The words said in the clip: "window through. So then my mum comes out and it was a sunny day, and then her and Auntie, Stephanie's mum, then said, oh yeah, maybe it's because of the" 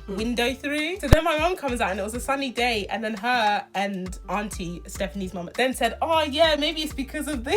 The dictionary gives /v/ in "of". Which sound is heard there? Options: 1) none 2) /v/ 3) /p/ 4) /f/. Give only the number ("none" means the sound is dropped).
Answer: 2